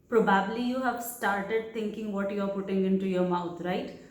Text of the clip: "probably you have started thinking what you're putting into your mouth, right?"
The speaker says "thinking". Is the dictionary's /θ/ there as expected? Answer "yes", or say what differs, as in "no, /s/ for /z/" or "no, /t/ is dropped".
no, /t/ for /θ/